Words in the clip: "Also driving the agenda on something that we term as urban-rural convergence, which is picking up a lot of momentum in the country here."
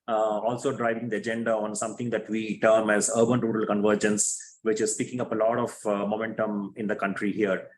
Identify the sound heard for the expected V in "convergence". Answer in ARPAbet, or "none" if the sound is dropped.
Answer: V